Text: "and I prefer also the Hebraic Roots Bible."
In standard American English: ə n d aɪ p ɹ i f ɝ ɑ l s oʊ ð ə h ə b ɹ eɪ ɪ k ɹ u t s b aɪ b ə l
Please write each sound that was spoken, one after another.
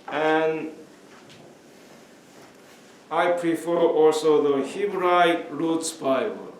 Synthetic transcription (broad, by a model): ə n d aɪ p ɹ i f ɝ ɑ l s oʊ ð ə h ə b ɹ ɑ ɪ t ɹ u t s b aɪ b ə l